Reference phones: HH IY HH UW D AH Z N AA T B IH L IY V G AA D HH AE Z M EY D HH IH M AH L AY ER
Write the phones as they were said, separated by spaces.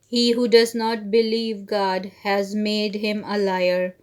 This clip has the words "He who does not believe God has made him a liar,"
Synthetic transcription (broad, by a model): HH IY HH UW D AH Z N AA T B IH L IY V G AA D HH AE Z M EY D HH IH M AH L AY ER